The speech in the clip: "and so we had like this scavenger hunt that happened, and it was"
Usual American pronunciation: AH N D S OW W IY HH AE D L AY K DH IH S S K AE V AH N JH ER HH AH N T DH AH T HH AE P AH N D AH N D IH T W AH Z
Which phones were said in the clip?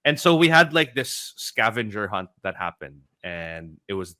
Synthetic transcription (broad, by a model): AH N S OW W IY HH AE D L AY K DH IH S S K AE V AH N JH ER HH AH N T DH AH T HH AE P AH N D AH N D IH T W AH Z